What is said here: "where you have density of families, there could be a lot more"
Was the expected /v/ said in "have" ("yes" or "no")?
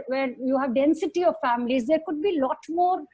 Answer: yes